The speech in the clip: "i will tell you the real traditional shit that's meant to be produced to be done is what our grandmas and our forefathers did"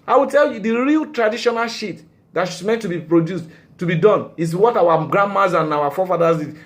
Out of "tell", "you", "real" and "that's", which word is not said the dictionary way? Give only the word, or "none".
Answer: that's